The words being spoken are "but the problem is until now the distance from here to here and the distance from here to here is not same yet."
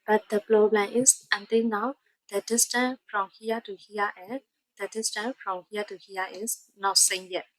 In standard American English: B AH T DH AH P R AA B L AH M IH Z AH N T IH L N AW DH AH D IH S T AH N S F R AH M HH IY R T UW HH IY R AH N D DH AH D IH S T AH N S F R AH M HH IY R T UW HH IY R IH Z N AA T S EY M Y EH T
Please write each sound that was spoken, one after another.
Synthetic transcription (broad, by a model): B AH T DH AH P L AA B L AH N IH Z AH N T IH L N AW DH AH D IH S T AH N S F R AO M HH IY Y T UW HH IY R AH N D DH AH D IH S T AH N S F R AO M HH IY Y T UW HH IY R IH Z N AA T S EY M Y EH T